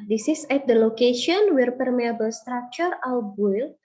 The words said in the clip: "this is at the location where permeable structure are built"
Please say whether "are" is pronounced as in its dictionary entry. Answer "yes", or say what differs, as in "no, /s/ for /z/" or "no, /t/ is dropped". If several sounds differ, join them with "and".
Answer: no, /w/ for /ɹ/